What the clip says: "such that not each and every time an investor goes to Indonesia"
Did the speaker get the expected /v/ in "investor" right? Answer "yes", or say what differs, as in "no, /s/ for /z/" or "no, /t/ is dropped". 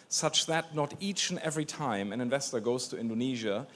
yes